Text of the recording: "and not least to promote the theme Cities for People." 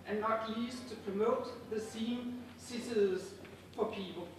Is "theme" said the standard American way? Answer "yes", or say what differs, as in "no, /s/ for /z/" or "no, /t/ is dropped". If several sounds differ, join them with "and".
no, /s/ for /θ/